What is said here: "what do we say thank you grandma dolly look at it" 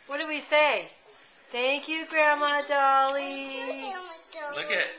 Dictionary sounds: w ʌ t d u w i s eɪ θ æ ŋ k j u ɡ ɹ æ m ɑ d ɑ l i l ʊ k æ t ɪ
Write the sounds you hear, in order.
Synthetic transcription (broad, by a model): w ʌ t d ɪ w i s eɪ θ æ ŋ k j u ɡ ɹ æ m ɑ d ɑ l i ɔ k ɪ